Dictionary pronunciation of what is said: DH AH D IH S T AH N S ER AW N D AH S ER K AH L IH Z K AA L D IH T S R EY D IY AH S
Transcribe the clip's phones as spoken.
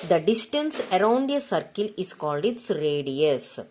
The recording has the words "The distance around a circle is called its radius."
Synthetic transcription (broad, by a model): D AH D IH S T AH N S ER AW N D AH S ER K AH L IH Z K AA L D IH T S R EY D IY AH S